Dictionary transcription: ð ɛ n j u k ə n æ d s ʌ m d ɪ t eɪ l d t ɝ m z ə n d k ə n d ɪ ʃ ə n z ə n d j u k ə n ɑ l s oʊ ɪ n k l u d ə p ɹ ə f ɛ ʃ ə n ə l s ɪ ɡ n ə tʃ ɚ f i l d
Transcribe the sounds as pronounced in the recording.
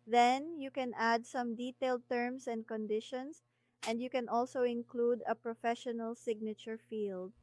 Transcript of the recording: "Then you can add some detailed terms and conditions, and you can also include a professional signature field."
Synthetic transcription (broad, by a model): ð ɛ n j u k ə n æ d s ʌ m d ɪ t eɪ l d t ɝ m s ə n d k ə n d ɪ ʃ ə n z ə n d j u k ə n ɑ l s oʊ ɪ n k l u d ə p ɹ ə f ɛ ʃ ə n ə l s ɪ ɡ n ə tʃ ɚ f i l d